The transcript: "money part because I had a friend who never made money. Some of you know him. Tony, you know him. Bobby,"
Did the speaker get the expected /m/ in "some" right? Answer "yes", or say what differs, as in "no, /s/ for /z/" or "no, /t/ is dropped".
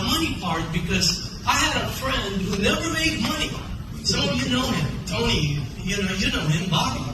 no, /m/ is dropped